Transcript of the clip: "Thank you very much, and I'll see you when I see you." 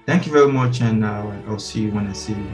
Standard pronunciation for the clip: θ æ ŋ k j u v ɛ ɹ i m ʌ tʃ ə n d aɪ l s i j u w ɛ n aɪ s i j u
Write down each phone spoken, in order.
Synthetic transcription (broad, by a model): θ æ ŋ k j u v ɛ ɹ i m ʌ tʃ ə n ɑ aɪ l s i j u w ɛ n aɪ s i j